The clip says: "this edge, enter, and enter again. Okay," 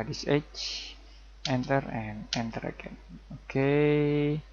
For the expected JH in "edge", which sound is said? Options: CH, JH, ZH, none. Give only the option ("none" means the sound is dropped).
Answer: CH